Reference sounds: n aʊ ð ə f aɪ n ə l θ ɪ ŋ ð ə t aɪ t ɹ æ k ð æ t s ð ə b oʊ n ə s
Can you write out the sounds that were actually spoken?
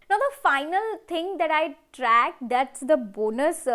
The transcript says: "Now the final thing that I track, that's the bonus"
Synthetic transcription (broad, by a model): n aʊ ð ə f aɪ n ə l t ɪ ŋ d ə t aɪ t ɹ æ k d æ t s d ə b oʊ n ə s